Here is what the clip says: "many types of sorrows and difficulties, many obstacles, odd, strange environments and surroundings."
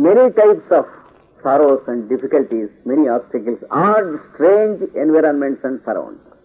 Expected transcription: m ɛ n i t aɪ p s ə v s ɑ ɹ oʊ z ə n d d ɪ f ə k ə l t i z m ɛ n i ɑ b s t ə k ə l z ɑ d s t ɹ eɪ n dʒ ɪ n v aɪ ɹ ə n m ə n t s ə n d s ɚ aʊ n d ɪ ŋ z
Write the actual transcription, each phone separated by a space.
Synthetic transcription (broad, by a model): m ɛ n i t aɪ p s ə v s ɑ ɹ oʊ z ə n d d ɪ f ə k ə l t i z m ɛ n i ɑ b s t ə k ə l s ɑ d s t ɹ eɪ n dʒ ɪ n v aɪ ɹ ə n m ə n t s ə n d s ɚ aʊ n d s